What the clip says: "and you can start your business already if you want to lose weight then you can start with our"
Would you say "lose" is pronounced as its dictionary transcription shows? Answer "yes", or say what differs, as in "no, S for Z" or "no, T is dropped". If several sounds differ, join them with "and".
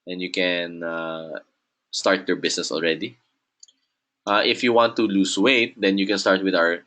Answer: no, S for Z